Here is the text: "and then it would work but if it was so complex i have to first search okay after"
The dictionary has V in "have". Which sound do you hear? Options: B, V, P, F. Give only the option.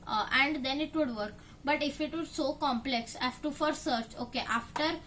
F